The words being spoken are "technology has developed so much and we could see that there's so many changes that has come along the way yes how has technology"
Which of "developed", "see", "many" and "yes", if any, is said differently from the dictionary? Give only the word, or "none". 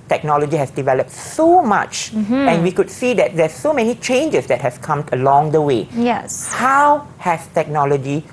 none